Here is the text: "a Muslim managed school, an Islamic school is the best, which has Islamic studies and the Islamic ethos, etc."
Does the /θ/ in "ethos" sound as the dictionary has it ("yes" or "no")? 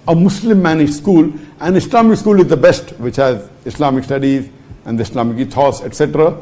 no